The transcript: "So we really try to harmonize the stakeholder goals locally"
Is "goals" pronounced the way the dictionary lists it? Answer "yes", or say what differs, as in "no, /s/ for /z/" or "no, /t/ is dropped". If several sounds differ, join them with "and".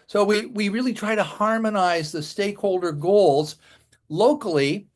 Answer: yes